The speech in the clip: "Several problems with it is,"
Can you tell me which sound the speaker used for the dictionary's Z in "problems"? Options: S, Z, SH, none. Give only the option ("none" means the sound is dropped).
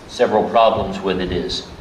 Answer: Z